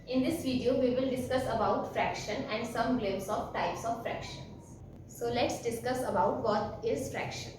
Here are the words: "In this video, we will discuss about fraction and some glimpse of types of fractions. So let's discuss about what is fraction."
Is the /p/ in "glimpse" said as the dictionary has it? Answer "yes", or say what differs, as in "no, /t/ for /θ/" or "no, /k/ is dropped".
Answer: no, /p/ is dropped